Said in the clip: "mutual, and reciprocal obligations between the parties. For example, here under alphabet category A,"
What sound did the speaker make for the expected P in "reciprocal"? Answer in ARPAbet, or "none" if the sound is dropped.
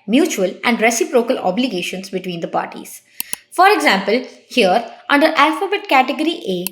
P